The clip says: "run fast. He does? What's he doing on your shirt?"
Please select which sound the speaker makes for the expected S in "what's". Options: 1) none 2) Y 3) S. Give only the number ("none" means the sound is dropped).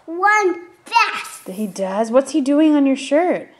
3